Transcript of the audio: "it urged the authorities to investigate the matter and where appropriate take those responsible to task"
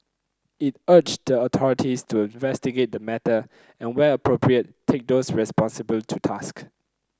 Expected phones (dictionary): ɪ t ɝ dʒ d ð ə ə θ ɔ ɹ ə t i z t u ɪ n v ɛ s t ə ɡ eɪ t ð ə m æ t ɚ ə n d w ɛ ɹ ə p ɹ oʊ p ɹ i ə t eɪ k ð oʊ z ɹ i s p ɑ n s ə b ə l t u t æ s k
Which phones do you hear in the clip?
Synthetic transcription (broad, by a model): ɪ t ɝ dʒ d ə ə t ɔ ɹ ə t i s t u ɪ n v ɛ s t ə ɡ eɪ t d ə m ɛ t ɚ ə n w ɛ l ə p ɹ oʊ p ɹ i ə t eɪ k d oʊ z ɹ i s p ɑ n s ə b ə l t u t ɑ s k